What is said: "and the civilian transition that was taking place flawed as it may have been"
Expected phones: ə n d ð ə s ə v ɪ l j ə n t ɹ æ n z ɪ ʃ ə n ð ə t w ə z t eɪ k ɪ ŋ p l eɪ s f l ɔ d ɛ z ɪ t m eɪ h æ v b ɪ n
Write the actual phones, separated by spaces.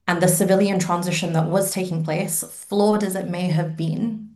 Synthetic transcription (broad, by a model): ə n ð ə s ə v ɪ l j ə n t ɹ æ n z ɪ ʃ ə n ð ə t w ə z t eɪ k ɪ ŋ p l eɪ s f l ɔ d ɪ z ɪ t m eɪ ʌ v b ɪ n